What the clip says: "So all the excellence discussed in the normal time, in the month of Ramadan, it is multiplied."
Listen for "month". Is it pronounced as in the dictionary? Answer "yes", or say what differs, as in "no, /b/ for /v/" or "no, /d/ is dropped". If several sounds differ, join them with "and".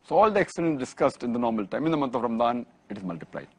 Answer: no, /t/ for /θ/